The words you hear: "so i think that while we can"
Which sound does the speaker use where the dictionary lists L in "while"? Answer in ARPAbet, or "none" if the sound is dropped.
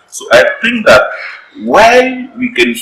N